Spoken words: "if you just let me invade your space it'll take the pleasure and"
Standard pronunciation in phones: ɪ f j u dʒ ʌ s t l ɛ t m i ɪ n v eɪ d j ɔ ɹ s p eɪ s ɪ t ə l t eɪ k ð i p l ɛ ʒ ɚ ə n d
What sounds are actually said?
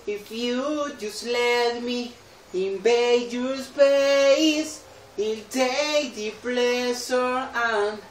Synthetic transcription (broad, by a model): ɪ f j u dʒ ʌ s t l ɛ t m i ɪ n b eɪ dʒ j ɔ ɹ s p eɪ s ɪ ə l t eɪ k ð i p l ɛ s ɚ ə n